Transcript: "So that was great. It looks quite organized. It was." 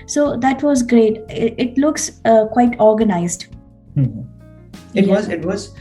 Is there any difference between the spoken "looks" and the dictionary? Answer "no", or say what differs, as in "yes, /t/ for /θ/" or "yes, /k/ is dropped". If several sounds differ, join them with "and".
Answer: no